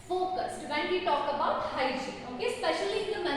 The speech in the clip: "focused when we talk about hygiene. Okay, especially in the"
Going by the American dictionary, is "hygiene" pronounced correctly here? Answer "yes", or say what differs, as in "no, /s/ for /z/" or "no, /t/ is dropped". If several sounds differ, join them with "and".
no, /dʒ/ is dropped